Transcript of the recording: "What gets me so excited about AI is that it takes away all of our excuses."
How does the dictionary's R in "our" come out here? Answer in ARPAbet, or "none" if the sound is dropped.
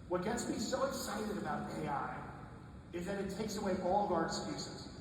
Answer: R